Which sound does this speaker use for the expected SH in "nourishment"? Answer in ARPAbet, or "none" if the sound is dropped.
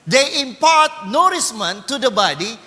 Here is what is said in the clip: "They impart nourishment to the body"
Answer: S